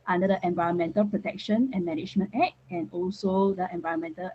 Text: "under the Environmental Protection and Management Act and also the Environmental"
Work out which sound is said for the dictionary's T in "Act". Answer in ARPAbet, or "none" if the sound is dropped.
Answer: none